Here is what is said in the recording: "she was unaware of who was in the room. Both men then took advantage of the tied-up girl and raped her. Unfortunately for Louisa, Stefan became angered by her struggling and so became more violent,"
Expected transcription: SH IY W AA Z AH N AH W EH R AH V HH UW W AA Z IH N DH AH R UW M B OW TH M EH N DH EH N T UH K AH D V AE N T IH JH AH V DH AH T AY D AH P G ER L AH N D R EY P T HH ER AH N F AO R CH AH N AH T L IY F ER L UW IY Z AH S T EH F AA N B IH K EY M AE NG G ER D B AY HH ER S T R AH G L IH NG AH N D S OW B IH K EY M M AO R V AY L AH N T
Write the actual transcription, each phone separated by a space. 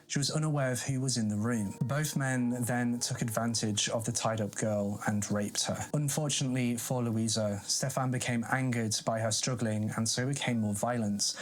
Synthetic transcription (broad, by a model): SH IY W AA Z AH N AH W EH R AH V HH UW W AA Z IH N DH AH R UW M B OW TH M EH N DH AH N T UH K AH D V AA N T IH JH AH V DH AH T AY D AH P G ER L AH N R EY P T HH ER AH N F AO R CH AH N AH T L IY F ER L UW IY Z AH S T EH F AA N B IH K EY M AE NG G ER D B AY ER S T R AH G L IH NG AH N S OW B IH K EY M M AO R V AY L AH N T